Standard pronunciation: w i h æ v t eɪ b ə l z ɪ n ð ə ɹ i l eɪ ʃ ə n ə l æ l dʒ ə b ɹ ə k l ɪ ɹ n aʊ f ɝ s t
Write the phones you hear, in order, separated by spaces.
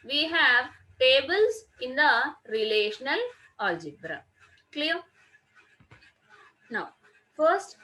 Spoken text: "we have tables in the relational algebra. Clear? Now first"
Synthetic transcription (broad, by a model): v i h æ v t eɪ b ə l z ɪ n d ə ɹ i l eɪ ʃ ə n ə l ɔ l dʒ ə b ɹ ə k l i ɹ n aʊ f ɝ s t